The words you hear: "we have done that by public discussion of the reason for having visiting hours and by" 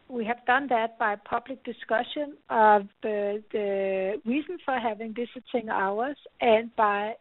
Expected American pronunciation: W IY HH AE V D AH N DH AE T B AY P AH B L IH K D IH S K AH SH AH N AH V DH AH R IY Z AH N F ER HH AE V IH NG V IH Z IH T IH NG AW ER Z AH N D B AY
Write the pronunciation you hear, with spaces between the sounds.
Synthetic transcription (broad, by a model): W IY HH AE V D AH N DH AE T B AY P AH B L IH K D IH S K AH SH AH N AH V DH AH R IY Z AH N F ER HH AE V IH NG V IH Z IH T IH NG AW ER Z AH N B AY